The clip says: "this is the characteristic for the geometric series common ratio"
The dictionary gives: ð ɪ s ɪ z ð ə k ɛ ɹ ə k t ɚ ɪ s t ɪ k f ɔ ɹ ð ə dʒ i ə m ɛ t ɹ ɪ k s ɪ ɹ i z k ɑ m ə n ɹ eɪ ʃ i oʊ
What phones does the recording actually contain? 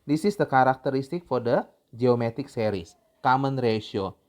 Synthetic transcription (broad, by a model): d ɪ s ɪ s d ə k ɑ ɹ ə k t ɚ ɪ s t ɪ k f ɔ ɹ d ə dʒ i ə m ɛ t ɪ k s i ɹ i s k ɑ m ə n ɹ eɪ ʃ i oʊ